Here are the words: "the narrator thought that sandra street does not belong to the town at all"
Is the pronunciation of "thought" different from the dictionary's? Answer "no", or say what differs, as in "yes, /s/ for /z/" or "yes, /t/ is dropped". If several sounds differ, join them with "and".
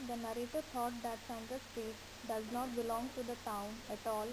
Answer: yes, /t/ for /θ/